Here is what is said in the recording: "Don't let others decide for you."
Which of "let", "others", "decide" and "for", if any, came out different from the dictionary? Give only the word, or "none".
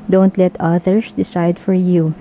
others